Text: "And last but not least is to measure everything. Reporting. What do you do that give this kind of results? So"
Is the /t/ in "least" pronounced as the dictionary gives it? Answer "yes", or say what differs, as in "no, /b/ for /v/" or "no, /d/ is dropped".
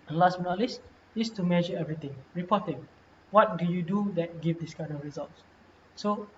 no, /t/ is dropped